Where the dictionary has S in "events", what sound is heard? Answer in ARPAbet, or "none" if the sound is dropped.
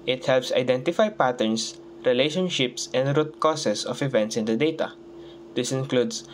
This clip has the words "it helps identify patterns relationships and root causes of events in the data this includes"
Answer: S